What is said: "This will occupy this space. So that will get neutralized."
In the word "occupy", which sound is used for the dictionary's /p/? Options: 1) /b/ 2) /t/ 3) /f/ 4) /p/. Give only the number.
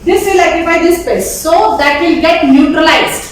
1